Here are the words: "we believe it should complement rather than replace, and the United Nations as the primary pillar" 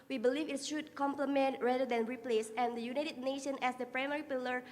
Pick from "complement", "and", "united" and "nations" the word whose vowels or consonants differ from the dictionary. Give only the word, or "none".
nations